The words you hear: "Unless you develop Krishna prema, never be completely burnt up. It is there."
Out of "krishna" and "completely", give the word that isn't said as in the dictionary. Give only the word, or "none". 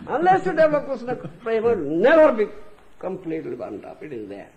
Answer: krishna